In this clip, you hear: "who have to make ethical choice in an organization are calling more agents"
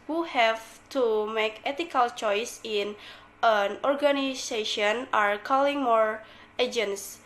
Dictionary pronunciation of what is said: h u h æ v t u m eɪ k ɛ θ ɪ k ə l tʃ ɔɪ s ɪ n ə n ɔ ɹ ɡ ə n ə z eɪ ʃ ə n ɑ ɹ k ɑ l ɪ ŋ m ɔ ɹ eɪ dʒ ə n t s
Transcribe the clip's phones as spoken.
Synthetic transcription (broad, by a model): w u h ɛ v t u m eɪ k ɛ t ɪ k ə l tʃ ɔɪ s ɪ n ə n ɔ ɹ ɡ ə n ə s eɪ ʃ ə n ɑ ɹ k ɑ l ɪ ŋ m ɔ ɹ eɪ dʒ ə n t s